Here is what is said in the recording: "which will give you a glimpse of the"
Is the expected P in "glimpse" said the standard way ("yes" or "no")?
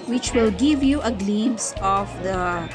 no